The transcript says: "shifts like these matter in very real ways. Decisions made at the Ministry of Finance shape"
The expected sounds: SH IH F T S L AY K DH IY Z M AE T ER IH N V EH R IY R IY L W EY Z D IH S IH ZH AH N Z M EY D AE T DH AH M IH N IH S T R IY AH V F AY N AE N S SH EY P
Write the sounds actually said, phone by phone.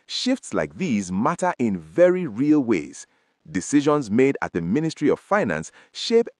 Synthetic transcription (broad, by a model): SH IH F T S L AY K DH IY Z M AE T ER IH N V EH R IY R IY L W EY Z D IH S IH ZH AH N Z M EY D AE T DH AH M IH N IH S T R IY AH V F AY N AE N S SH EY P